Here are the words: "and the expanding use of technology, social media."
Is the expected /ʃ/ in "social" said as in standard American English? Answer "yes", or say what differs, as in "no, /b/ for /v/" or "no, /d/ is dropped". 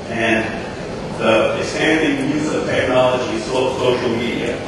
no, /s/ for /ʃ/